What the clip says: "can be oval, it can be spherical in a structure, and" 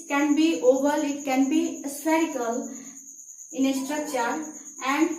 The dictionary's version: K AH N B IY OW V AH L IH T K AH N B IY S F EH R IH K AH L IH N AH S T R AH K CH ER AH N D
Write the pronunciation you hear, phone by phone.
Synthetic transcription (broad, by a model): K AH N B IY OW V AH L IH T K AH N B IY S EH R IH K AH L IH N AH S T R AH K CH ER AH N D